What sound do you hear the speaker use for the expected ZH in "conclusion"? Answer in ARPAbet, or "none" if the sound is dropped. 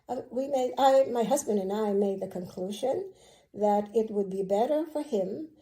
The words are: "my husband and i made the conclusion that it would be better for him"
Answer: ZH